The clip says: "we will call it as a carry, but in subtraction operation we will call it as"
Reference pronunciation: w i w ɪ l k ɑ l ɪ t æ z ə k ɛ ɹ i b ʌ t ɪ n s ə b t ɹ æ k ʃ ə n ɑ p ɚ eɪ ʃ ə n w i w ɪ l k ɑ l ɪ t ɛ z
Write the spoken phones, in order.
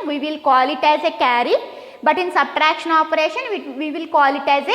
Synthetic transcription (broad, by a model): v i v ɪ l k ɑ l ɪ t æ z ə k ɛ ɹ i b ʌ t ɪ n s ə b t ɹ æ k ʃ ə n ɑ p ɚ eɪ ʃ ə n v i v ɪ l k ɑ l ɪ t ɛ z